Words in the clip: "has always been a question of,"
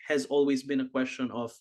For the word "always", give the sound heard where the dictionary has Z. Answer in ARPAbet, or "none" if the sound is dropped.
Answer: Z